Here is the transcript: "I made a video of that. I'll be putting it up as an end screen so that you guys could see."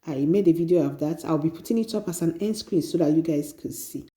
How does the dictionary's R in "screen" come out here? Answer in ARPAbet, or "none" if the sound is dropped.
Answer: R